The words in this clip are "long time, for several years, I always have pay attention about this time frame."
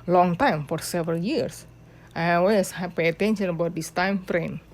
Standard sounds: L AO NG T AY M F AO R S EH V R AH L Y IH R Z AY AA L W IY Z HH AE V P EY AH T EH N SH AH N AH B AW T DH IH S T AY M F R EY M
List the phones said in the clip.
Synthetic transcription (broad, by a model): L AO NG T AY M F AO R S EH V R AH L Y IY R S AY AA W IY S HH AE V P EY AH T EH N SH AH N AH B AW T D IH S T AY M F R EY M